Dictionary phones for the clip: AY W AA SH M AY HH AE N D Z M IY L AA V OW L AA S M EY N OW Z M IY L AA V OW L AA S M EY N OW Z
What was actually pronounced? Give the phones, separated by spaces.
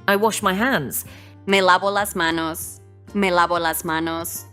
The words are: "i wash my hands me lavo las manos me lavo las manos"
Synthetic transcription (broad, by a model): AY W AA SH M AY HH AE N D Z M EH L AA B OW L AA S M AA N OW S M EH L AA B OW L AA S M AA N OW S